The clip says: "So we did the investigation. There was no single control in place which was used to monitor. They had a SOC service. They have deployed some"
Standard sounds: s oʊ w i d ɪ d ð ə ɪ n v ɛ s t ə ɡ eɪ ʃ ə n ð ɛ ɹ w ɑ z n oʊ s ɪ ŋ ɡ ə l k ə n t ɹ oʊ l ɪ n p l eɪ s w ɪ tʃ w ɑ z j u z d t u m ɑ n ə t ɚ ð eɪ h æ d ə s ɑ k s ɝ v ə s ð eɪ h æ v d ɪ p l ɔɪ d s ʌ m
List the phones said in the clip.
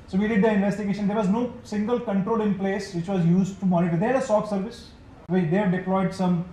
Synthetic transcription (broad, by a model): s oʊ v i d ɪ d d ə ɪ n v ɛ s t ə ɡ eɪ ʃ ə n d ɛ ɹ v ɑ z n oʊ s ɪ ŋ ɡ ə l k ə n t ɹ oʊ l ɪ n p l eɪ s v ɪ tʃ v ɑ z j u z d t u m ɑ n ə t ɚ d eɪ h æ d ə s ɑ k s ɝ v ə s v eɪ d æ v d ɪ p l ɔɪ d s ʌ m